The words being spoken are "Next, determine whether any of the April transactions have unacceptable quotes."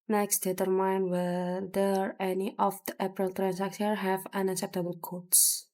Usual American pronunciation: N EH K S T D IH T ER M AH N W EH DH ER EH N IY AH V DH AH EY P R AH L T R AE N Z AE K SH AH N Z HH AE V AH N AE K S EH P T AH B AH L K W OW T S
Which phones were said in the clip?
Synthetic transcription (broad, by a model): N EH K S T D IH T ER M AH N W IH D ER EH N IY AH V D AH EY P R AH L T R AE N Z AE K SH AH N HH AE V AH N AE K S EH P T AH B AH L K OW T S